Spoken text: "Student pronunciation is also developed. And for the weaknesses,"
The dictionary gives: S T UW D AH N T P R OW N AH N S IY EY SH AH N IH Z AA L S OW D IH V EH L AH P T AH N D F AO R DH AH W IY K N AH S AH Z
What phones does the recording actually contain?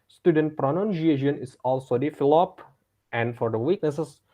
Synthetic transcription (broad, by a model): S T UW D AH N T P R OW N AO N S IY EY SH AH N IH S AA L S OW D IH F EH L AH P T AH N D F AO R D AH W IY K N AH S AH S